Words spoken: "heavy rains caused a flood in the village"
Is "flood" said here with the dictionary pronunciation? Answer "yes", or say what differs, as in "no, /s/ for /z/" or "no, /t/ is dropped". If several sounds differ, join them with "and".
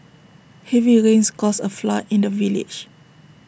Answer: no, /d/ is dropped